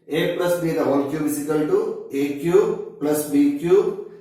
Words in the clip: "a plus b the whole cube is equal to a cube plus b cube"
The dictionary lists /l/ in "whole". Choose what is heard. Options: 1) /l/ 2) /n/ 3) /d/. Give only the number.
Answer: 2